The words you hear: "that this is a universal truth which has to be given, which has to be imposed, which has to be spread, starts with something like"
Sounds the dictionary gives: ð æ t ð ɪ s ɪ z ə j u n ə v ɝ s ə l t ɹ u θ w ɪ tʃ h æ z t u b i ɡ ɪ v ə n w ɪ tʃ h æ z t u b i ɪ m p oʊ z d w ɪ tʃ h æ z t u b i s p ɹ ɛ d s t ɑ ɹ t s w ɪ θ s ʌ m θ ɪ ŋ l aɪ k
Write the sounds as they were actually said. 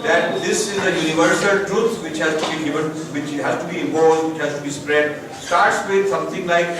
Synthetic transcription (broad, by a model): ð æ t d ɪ s ɪ z ə j u n ə v ɝ s ə l t ɹ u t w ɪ tʃ h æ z t u b i ɡ ɪ v ə n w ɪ tʃ h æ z t u b i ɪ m oʊ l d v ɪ tʃ h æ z t u b i s p ɹ ɛ d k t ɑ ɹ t s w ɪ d s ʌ m t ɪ ŋ l aɪ k